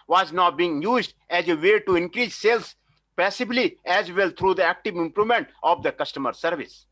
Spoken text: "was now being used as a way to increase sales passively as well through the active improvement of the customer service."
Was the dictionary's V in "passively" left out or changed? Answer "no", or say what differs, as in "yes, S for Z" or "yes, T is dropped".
yes, B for V